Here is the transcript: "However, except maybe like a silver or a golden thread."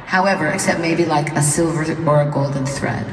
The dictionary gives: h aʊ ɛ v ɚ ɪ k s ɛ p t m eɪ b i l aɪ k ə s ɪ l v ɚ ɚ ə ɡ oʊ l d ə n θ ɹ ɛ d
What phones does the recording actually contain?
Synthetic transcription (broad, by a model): h aʊ ɛ v ɚ ɪ k s ɛ p t m eɪ b i l aɪ k ə s ɪ l v ɚ ɚ ə ɡ oʊ l d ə n θ ɹ ɛ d